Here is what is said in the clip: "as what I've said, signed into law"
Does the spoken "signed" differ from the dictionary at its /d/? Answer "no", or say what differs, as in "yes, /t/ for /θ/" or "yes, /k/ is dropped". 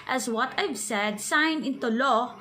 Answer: yes, /d/ is dropped